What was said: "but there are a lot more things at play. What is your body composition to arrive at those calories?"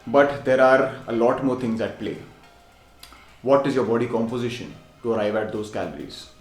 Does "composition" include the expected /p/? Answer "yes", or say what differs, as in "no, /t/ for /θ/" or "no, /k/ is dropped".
yes